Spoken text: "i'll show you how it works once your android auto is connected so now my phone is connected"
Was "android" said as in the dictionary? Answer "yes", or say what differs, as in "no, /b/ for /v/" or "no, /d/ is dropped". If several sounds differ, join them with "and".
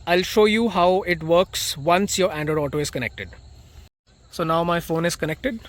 no, /ɹ/ is dropped